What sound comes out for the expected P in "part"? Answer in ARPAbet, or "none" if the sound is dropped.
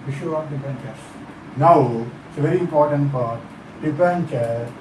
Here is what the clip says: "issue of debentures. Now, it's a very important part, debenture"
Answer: F